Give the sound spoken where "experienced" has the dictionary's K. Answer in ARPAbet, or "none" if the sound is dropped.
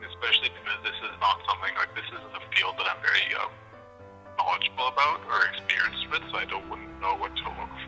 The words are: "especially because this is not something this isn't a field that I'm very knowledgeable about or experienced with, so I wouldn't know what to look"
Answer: K